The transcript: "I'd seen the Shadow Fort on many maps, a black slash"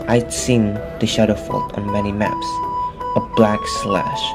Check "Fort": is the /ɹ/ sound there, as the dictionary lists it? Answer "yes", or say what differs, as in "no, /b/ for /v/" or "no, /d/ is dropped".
no, /l/ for /ɹ/